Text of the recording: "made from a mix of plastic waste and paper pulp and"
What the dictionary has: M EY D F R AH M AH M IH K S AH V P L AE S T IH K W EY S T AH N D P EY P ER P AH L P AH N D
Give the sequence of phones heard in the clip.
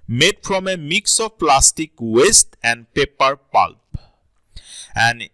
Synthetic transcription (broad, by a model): M EY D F R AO M AH M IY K S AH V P L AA S T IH K W EY S T AH N D P EY P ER P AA L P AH N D